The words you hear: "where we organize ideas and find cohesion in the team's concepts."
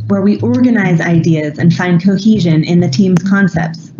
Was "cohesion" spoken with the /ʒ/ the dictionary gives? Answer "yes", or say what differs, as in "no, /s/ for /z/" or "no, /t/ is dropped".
yes